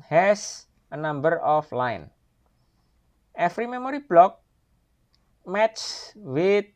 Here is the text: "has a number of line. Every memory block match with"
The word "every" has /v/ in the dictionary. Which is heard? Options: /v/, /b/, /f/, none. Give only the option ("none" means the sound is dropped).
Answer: /f/